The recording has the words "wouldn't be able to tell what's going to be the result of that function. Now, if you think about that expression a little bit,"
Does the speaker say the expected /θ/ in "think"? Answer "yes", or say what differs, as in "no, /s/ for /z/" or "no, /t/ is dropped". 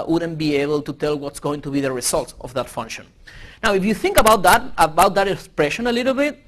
yes